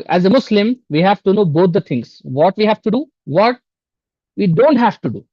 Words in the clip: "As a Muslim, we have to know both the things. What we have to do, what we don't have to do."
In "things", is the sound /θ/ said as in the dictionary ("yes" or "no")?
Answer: no